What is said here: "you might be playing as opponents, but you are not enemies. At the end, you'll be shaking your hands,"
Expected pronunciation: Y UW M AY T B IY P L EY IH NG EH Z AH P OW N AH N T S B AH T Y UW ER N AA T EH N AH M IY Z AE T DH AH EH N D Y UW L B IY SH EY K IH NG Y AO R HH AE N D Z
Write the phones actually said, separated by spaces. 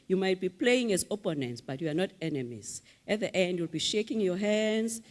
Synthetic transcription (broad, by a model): Y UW M AY T B IY P L EY IH NG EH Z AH P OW N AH N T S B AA T Y UW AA N AA T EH N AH M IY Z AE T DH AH EH N D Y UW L B IY SH EY K IH NG Y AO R HH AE N D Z